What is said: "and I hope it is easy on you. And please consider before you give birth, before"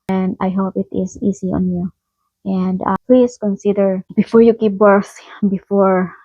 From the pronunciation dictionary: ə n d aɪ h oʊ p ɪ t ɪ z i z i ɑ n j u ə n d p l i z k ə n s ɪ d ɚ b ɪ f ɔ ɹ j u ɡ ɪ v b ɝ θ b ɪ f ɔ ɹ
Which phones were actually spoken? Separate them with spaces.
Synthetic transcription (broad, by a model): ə n d aɪ h oʊ p ɪ t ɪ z i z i ɑ n j u ə n d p l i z k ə n s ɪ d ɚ b ɪ f ɔ ɹ j u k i p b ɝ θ b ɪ f ɔ ɹ